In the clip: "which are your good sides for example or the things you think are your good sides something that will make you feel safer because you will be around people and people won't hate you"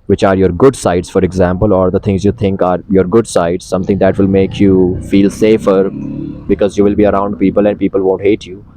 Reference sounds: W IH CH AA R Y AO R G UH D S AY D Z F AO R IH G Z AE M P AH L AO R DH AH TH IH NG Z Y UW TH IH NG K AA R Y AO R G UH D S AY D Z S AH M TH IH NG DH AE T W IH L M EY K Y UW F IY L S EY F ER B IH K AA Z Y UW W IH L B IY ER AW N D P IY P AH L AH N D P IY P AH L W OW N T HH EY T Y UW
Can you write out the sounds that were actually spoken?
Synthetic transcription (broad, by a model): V IH CH AA R Y AO R G UH D S AY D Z F AO R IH G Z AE M P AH L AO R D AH T IH NG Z Y UW T IH NG K AA R Y AO R G UH D S AY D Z S AH M T IH NG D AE T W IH L M EY K Y UW F IY L S EY F ER B IH K AA Z Y UW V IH L B IY ER AW N D P IY P AH L AH N D P IY P AH L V OW N T HH EY T Y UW